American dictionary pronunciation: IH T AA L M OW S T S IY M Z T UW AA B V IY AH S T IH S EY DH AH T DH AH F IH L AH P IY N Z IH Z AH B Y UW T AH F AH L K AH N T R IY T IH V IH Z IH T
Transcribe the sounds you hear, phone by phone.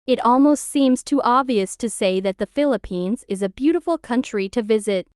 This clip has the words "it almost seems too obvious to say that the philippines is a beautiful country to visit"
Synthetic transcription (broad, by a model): IH T AA L M OW S T S IY M Z T UW AA B V IY AH S T IH S EY DH AH T DH AH F IH L AH P IY N Z IH Z AH B Y UW T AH F L K AH N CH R IY T IH V IH Z IH T